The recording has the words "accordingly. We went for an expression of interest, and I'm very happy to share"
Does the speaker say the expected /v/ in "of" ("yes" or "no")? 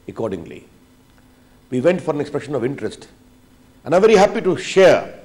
yes